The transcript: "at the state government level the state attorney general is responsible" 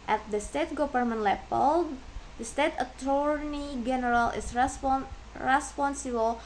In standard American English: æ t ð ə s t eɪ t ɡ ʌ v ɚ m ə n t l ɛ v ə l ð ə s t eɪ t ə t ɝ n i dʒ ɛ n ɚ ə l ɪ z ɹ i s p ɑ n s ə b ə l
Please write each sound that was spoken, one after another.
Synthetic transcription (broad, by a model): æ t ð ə s t eɪ t ɡ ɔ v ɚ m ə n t l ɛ p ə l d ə s t eɪ t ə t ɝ n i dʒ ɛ n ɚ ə l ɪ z ɹ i s p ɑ n s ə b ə l